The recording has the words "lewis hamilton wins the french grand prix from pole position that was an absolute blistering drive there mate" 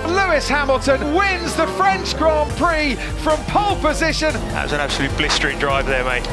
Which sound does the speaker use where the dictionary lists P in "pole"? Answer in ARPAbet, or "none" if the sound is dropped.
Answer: P